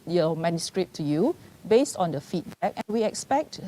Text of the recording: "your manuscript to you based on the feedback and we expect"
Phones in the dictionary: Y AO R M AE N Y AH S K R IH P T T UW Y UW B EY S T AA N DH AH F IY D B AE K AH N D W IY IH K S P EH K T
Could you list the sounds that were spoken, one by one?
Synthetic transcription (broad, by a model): Y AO M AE N Y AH S K R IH P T T UW Y UW B EY S T AA N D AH F IY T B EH K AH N W IY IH K S P EH K T